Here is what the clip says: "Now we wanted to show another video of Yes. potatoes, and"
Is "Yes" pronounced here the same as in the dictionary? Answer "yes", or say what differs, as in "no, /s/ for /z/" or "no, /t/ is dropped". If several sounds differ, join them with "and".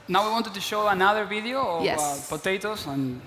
no, /s/ is dropped